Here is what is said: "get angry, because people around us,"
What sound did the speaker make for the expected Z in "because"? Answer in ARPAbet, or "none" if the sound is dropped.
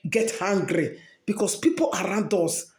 S